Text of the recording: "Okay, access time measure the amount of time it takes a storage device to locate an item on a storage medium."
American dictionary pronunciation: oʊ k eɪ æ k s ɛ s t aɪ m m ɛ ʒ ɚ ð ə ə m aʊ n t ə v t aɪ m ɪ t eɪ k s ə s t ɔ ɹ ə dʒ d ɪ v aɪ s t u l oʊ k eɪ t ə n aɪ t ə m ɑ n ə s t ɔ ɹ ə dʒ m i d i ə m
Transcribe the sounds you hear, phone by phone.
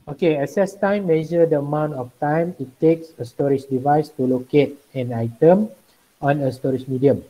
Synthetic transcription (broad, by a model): oʊ k eɪ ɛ s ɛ s t aɪ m m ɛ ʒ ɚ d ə ə m aʊ n t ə f t aɪ m ɪ t eɪ k s ə s t ɔ ɹ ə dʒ d ɪ v aɪ s t u l oʊ k eɪ t ə n aɪ t ə m ɑ n ə s t ɔ ɹ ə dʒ m i d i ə m